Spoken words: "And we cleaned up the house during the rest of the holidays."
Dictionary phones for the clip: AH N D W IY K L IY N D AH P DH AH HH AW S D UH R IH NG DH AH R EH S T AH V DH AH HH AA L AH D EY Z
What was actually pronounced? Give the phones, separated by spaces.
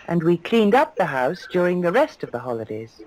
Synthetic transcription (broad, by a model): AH N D W IY K L IY N D AH P DH AH HH AW S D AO R IH NG DH AH R EH S T AH V DH AH HH AA L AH D EY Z